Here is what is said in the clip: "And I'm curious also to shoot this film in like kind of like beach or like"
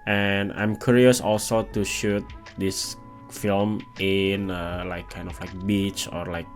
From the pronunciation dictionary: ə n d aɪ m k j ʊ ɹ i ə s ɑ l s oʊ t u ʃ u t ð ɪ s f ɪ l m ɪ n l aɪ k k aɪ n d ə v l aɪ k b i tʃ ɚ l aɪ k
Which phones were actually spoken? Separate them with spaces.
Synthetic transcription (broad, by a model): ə n aɪ m k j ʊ ɹ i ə s ɑ l s oʊ t u ʃ u t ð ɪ s f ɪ l m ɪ n l aɪ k k aɪ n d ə f l aɪ k b i tʃ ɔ l aɪ k